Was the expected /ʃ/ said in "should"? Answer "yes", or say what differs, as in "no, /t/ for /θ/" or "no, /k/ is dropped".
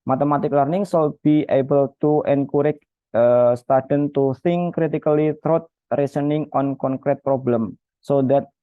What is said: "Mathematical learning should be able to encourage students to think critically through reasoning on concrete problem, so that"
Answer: no, /s/ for /ʃ/